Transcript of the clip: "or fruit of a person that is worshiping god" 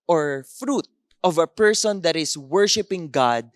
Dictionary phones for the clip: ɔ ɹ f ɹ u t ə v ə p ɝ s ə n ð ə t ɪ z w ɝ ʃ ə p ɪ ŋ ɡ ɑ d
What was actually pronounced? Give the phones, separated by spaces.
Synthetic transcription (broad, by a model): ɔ ɹ f ɹ u t ə v ə p ɝ s ə n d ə t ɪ s w ɝ ʃ ə p ɪ ŋ ɡ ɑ d